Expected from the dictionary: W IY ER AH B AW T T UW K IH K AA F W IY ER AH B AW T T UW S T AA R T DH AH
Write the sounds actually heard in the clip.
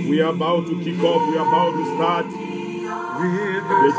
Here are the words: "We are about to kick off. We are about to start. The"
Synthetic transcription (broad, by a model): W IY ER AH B AW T T UW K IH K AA P W IY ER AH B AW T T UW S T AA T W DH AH